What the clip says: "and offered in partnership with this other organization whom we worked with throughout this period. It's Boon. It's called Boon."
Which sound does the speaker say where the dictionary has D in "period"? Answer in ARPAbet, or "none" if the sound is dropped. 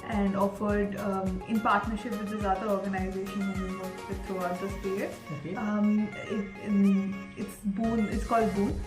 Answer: none